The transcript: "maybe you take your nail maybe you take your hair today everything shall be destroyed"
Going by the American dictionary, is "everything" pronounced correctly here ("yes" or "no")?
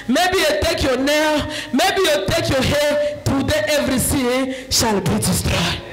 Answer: no